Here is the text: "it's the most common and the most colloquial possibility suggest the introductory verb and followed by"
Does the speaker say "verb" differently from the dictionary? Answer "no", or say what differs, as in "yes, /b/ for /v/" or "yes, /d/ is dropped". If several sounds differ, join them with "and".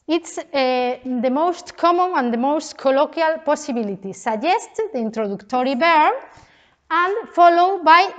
yes, /b/ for /v/ and /b/ is dropped